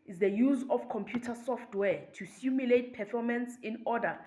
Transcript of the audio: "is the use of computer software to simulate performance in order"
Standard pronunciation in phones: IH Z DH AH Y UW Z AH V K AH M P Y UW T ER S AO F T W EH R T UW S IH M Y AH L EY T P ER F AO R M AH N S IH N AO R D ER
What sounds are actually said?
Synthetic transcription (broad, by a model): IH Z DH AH Y UW Z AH F K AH M P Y UW T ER S AO F T W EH T UW S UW M Y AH L EY T P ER F AO M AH N S IH N AO D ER